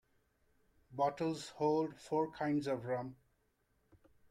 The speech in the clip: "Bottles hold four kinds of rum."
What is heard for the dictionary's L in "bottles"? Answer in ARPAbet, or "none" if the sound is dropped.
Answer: L